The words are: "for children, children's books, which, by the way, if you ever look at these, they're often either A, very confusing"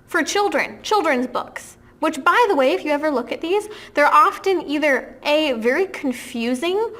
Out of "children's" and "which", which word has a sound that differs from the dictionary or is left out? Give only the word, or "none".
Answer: none